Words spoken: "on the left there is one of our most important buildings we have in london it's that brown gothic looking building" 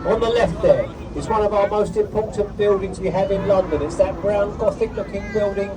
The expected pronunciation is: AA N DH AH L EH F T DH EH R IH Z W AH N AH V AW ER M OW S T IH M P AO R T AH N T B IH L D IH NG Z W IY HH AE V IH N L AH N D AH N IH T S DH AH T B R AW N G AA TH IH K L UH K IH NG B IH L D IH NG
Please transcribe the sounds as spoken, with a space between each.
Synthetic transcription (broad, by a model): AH N DH AH L EH F T DH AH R IH Z W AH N AH V AW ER M OW S T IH M P AO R T N B IH L D IH NG Z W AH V IH N L AH N D AH N IH T S DH AH T B R AW N G AA TH IH K L UH K IH NG B IH L D IH NG